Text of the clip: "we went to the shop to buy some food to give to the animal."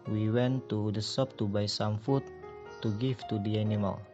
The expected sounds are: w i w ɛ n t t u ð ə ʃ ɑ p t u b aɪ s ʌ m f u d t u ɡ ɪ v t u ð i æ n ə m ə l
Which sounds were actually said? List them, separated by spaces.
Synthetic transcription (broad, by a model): w i w ɛ n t t u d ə s ɑ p t u b aɪ s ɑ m f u t u ɡ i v t u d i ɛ n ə m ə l